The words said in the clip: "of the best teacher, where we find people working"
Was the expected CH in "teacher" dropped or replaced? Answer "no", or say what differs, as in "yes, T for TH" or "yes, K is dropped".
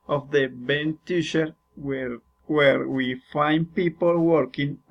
yes, SH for CH